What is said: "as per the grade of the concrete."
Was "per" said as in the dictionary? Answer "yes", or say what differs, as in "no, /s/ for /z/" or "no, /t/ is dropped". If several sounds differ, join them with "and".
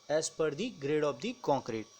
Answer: yes